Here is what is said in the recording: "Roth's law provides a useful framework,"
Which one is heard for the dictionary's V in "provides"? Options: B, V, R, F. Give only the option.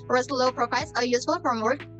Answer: F